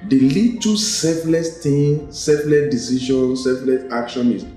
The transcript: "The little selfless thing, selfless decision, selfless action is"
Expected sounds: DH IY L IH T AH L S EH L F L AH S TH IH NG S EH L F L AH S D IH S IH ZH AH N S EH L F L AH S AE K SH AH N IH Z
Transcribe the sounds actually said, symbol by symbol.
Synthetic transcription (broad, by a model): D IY L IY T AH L S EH F L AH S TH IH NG S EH F L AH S D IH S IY SH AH N S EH F L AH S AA K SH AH N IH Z